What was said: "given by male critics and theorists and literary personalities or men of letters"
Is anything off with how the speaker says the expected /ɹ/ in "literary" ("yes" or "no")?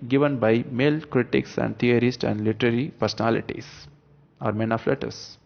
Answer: no